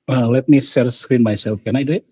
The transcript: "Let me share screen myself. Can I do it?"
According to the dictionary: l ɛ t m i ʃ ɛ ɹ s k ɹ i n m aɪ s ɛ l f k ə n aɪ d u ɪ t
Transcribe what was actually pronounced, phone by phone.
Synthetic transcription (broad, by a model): l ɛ t m i s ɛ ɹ s k ɹ i n m aɪ s ɛ l f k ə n aɪ d u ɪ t